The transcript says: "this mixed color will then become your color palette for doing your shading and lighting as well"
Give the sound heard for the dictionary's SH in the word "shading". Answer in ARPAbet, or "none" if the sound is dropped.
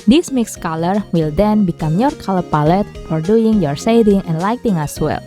S